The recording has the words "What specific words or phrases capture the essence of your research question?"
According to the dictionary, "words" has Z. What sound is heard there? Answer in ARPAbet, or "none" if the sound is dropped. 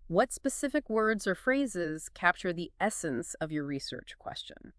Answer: Z